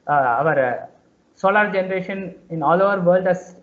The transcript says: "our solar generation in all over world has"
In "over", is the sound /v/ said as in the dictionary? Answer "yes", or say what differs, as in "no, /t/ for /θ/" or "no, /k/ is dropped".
yes